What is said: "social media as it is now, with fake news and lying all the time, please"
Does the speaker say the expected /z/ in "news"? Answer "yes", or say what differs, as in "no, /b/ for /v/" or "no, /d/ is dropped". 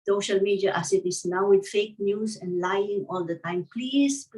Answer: no, /s/ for /z/